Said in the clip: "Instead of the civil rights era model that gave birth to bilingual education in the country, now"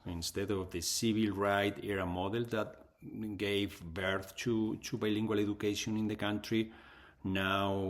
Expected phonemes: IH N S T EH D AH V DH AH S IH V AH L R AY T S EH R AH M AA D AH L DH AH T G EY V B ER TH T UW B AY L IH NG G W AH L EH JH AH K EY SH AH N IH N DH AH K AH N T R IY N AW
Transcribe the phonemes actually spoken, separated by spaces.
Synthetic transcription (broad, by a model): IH N S T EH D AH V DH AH S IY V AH L R AY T EH R AH M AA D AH L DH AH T G EY V B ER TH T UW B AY L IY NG G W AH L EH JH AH K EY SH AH N IH N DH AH K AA N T R IY N AW